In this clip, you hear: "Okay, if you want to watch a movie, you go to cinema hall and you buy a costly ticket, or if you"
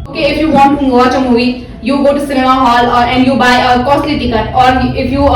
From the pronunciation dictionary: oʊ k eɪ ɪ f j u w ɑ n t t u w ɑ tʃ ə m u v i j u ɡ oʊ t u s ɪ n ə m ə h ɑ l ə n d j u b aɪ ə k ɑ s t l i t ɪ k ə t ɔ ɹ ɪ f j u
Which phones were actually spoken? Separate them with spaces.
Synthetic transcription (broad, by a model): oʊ k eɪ ɪ f j u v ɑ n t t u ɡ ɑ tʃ ə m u i j u ɡ oʊ t u s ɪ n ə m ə h ɑ l ə n d j u b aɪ ə k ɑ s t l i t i k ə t ɔ ɹ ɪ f j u